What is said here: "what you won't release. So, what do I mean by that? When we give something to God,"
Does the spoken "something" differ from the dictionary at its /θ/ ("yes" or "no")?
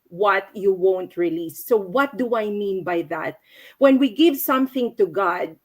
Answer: no